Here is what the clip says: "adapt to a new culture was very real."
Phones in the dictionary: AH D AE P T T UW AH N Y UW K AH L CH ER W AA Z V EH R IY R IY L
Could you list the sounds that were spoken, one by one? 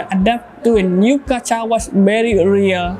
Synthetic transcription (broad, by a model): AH D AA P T T UW AH N Y UW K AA CH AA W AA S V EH R IY R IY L